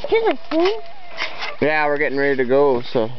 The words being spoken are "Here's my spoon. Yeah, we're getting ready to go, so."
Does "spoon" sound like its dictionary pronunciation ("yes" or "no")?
no